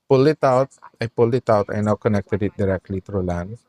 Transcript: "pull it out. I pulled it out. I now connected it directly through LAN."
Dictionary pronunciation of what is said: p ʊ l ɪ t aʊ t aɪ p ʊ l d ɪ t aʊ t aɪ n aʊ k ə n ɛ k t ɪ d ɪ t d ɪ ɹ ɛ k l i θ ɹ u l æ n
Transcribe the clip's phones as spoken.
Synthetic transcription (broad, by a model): p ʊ l ɪ t aʊ t aɪ p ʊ l ɪ t aʊ t aɪ n aʊ k ə n ɛ k t ɪ d ɪ t d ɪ ɹ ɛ k l i t ɹ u l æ n